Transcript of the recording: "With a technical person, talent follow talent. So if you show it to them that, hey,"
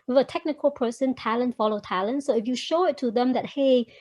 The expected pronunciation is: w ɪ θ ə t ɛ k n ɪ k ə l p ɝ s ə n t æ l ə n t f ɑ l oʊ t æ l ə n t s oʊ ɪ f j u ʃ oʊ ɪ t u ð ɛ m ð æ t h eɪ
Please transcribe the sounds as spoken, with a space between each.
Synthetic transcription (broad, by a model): w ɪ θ ə t ɛ k n ɪ k ə l p ɝ s ə n t æ l ə n t f ɑ l oʊ t æ l ə n t s oʊ ɪ f j u ʃ oʊ ɪ t u ð ɛ m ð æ t h eɪ